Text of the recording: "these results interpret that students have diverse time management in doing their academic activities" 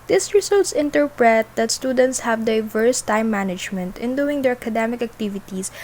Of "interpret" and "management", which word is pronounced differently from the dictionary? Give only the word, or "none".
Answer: none